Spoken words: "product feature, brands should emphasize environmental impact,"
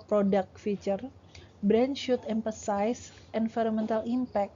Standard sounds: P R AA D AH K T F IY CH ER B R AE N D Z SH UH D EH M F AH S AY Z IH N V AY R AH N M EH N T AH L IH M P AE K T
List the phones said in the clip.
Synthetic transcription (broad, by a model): P R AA D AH K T F IY CH ER B R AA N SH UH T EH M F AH S AY S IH N F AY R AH M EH N T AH L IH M P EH K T